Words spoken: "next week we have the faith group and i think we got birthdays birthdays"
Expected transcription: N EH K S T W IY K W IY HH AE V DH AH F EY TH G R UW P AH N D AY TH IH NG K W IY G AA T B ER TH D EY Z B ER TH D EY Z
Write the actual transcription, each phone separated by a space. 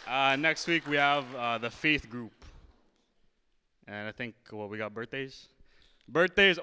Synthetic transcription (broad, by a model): N EH K S T W IY K W IY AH V DH AH F EY TH G R UW P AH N AY TH IH NG K W IY G AA T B ER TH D EY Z B ER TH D EY Z